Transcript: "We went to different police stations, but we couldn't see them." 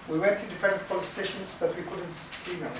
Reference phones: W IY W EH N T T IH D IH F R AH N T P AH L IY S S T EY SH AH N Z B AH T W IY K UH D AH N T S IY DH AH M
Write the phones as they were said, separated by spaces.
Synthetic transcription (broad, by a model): W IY W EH N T T IH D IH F AH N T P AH L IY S S T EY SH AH N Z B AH T W IY K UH D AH N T S IY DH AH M